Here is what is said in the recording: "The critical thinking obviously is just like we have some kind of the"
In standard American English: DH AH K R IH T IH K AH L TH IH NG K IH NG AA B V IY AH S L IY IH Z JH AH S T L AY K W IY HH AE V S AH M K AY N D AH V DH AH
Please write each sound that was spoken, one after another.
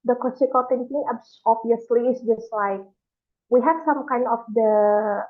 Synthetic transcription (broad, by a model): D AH K L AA S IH K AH L T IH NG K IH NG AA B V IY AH S L IY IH S JH AH S T L AY K W IY HH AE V S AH M K AY N D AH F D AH